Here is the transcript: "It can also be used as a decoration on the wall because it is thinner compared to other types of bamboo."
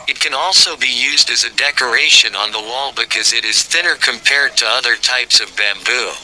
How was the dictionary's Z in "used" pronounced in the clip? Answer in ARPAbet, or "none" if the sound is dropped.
Z